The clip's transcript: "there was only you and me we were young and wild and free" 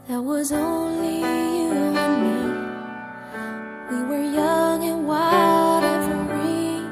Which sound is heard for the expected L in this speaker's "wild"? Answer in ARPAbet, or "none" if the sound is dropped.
none